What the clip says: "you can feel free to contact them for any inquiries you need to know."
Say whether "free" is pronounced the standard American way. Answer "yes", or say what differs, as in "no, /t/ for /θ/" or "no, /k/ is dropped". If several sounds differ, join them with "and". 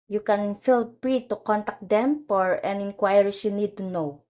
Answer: no, /p/ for /f/